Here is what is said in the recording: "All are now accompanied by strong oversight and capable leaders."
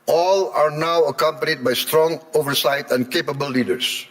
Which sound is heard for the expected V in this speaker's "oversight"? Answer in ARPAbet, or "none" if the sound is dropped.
V